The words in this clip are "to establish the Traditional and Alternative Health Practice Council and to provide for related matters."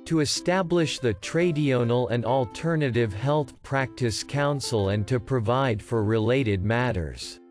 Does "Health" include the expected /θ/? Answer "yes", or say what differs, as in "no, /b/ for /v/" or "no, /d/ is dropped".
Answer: yes